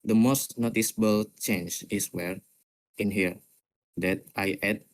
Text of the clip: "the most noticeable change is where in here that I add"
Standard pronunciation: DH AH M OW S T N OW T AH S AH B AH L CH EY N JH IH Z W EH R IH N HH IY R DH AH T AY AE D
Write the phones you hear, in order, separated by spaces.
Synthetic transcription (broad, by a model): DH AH M OW S T N OW T AH S AH B AH L CH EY N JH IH S W EH R IH N HH IY R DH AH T AY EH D